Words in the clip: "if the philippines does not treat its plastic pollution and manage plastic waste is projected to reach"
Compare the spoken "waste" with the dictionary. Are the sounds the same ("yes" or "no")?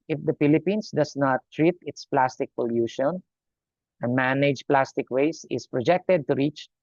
no